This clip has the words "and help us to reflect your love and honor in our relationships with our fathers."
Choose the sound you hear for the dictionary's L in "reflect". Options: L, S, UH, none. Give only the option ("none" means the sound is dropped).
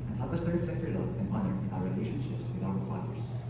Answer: none